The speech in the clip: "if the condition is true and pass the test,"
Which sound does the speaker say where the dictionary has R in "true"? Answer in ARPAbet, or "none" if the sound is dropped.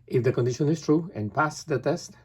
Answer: R